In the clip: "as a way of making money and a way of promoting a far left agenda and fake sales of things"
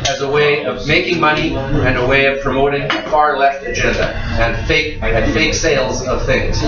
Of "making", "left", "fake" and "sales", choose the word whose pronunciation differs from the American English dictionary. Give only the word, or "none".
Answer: none